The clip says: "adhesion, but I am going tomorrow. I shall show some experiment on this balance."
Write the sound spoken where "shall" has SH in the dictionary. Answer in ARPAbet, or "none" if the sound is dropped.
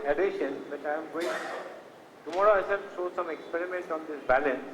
S